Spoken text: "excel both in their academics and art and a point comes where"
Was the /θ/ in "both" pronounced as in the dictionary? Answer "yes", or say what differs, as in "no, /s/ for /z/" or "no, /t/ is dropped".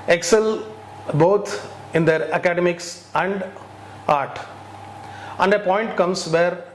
no, /t/ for /θ/